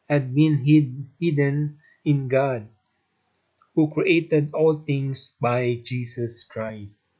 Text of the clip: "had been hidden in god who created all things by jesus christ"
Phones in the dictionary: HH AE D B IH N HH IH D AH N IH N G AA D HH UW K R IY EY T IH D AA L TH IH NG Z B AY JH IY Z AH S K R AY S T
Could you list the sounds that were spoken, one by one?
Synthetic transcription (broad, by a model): HH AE D B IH N HH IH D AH N IH N G AA D HH UW K R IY EY T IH D AA L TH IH NG S B AY JH IY S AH S K R AY S T